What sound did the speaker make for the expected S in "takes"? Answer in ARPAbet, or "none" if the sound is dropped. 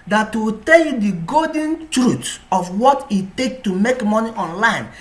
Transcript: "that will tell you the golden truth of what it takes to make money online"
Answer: none